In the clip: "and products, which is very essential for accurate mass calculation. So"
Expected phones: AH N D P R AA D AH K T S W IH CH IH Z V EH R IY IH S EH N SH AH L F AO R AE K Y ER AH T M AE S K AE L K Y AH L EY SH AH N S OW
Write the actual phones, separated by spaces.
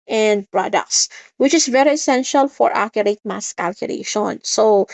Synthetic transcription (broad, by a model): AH N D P R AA D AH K S S W IH CH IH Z V EH R IY IH S EH N SH AH L F AO R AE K Y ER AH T M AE S K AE L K Y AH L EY SH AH N S OW